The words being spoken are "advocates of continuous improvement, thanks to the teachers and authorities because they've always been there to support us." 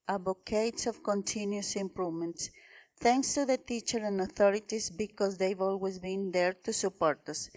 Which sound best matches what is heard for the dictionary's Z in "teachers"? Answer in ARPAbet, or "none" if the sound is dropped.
none